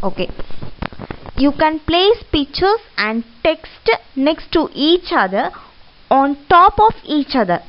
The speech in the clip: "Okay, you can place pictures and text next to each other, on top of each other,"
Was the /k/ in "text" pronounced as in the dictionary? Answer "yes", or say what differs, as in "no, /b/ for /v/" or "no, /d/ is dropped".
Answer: yes